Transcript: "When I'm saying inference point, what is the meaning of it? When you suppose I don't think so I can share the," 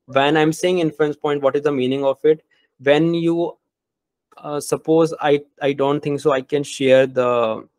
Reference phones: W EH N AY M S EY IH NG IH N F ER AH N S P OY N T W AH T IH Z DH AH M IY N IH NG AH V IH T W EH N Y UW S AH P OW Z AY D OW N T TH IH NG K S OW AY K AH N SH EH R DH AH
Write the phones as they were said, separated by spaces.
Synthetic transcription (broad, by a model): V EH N AY M S EY IH NG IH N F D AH N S P OY N T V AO T IH Z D AH M IY N IH NG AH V IH T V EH N Y UW S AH P OW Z AY D OW N T T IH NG K S OW AY K AH N SH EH R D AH